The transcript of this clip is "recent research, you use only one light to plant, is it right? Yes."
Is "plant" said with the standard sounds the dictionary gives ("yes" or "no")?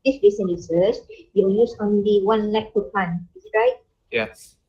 no